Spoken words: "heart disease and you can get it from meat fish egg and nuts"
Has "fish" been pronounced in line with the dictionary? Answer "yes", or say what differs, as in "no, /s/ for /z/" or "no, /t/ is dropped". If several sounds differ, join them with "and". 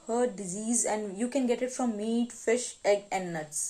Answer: yes